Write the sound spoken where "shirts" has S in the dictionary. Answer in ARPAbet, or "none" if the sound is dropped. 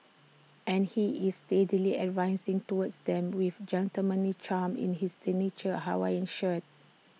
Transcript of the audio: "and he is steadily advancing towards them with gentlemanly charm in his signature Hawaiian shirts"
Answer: none